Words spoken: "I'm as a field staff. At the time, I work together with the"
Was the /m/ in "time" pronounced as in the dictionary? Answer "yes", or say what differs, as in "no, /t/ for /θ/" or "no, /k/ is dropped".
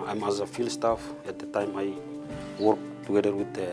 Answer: yes